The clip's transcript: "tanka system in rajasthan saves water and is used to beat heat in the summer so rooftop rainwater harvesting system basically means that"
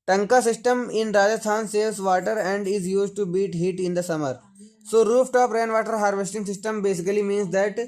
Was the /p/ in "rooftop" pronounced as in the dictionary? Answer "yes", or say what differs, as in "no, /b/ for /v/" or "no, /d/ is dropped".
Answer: yes